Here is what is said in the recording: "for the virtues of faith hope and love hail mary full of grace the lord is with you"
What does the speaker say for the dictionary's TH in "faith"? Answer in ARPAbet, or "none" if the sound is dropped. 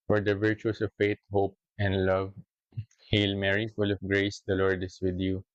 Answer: T